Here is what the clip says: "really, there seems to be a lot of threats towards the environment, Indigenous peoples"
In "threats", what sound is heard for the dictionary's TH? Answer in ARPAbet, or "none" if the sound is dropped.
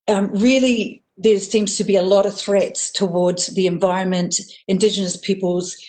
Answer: TH